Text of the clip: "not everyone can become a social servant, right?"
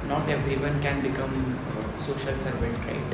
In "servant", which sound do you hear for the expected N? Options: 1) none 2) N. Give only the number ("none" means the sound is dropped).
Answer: 1